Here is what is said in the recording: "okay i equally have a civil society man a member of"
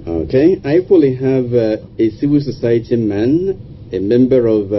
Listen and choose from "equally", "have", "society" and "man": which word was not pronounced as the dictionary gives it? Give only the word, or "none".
none